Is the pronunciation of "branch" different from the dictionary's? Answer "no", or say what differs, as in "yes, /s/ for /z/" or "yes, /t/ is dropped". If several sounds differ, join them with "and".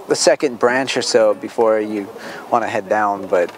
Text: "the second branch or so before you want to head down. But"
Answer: no